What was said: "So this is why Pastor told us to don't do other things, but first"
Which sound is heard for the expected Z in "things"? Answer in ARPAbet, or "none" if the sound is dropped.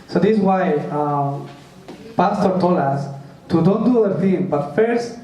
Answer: none